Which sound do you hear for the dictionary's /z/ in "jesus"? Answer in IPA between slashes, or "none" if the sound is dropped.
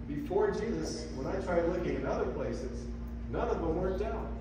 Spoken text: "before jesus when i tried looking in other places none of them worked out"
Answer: /z/